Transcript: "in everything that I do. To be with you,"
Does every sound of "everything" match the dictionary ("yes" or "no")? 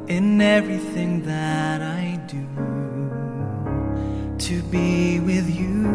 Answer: yes